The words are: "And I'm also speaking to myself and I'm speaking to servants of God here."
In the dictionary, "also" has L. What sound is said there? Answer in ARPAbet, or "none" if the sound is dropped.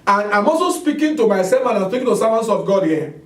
none